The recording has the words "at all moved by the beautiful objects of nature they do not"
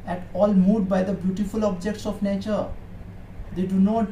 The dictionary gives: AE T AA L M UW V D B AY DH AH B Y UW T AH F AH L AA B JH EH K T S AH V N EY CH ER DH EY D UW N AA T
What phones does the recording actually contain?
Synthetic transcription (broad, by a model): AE T AA L M UW D B AY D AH B Y UW T AH F AH L AA B JH EH K T S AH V N EY CH ER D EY D UW N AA T